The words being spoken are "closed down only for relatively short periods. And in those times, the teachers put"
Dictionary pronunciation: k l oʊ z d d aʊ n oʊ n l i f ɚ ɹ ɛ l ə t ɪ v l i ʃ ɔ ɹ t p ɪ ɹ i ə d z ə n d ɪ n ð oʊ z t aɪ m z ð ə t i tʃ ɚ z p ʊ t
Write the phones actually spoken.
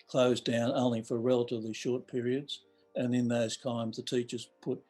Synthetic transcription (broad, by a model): k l oʊ z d d aʊ n oʊ n l i f ɚ ɹ ɛ l ə t ɪ v l i ʃ ɔ ɹ t p ɪ ɹ i ə d z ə n ɪ n ð oʊ z t aɪ m z ð ə t i tʃ ɚ z p ʊ t